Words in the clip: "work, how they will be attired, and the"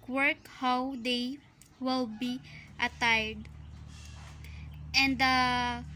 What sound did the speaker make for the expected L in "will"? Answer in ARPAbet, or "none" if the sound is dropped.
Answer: L